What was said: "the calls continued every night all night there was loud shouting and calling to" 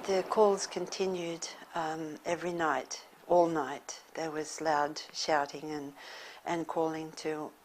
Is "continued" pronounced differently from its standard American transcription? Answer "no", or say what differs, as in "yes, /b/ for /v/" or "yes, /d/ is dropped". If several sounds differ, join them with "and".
no